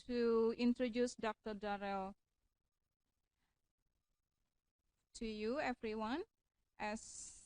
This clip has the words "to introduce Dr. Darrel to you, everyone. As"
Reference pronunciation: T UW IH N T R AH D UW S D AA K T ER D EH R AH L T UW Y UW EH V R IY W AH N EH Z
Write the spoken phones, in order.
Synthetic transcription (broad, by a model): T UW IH N T R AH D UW S D AA K T ER D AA R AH L T UW Y UW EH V R IY W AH N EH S